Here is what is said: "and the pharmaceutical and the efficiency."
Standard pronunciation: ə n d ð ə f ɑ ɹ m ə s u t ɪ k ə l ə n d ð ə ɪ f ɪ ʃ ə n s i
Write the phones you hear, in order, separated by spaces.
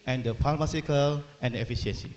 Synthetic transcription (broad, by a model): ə n d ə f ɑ l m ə s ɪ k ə l ə n d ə f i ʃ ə n s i